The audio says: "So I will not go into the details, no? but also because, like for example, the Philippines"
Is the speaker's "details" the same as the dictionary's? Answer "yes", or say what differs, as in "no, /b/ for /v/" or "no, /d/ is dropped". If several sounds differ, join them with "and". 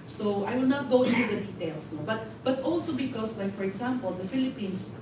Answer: no, /s/ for /z/